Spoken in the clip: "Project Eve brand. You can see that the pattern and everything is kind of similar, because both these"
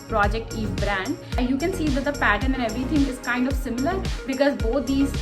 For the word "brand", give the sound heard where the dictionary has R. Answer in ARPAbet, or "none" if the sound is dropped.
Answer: R